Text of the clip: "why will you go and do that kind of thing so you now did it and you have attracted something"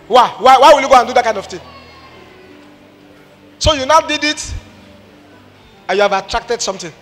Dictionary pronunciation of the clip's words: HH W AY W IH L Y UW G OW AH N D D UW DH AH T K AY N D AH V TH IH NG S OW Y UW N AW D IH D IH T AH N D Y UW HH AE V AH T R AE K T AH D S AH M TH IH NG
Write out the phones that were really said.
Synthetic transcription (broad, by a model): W W AY W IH L Y UW G OW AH N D D UW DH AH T K AY N D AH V T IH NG S OW Y UW N AW D IH D IH T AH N Y UW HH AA V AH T R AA K T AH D S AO M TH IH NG